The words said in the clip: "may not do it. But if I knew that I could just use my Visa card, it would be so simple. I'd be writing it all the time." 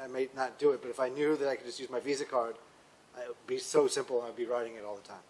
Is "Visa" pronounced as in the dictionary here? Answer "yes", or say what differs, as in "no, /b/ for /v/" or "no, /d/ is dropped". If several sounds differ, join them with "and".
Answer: yes